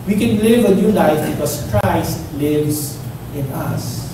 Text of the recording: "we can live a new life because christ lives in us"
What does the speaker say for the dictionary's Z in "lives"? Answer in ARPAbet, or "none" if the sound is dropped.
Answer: S